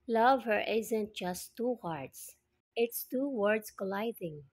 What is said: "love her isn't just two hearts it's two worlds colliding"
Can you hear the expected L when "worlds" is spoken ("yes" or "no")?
no